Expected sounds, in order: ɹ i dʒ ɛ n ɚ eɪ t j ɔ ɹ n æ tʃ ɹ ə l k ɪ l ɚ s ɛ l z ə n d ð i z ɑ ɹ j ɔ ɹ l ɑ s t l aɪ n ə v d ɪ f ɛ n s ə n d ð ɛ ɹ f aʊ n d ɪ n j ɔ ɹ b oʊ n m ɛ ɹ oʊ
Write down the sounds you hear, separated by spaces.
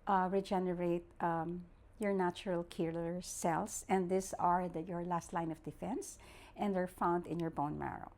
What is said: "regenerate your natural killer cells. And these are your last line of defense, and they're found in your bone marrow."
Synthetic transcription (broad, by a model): ɹ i dʒ ɛ n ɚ eɪ t j ɔ ɹ n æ tʃ ɹ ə l k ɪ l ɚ s ɛ l s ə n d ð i s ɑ ɹ j ɔ ɹ l ɑ s t l aɪ n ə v d ɪ f ɛ n s ə n d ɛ ɹ f aʊ n d ɪ n j ɔ ɹ b oʊ n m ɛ ɹ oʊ